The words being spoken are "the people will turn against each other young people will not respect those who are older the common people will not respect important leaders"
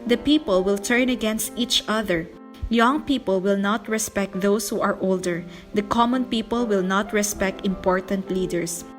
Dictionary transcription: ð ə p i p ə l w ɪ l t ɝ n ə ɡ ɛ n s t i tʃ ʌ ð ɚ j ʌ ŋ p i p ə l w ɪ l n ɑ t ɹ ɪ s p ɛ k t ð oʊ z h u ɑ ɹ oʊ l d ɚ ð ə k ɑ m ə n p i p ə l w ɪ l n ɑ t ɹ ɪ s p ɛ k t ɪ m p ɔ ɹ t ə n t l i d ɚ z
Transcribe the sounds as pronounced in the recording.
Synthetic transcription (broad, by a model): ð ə p i p ə l w ɪ l t ɝ n ə ɡ ɛ n s t i tʃ ʌ ð ɚ j ʌ ŋ p i p ə l w ɪ l n ɑ t ɹ ɪ s p ɛ k t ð oʊ s h u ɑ ɹ oʊ l d ɚ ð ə k ɑ m ə n p i p ə l w ɪ l n ɑ t ɹ ɪ s p ɛ k t ɪ m p ɔ ɹ t ə n t l i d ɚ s